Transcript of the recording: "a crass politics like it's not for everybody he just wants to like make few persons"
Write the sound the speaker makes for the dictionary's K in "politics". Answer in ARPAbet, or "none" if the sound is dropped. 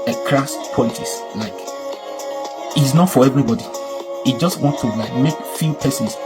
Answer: none